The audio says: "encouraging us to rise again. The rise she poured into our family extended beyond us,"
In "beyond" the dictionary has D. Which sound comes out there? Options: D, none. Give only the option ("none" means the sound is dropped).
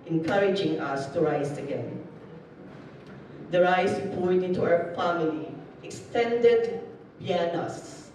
none